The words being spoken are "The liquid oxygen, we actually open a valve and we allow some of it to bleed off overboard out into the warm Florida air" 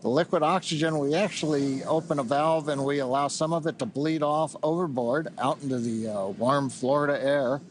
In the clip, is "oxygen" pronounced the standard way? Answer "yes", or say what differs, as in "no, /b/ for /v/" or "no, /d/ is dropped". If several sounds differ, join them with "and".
yes